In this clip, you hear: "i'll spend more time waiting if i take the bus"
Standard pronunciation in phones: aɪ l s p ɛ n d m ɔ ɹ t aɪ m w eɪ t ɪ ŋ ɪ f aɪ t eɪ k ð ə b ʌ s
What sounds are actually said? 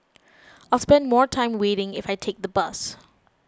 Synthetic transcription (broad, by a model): aɪ l s p ɛ n d m ɔ ɹ t aɪ m w eɪ t ɪ ŋ ɪ f aɪ t eɪ k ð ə b ʌ s